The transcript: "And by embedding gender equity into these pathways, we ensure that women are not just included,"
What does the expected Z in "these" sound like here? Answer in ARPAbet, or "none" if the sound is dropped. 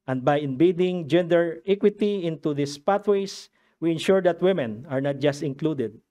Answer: S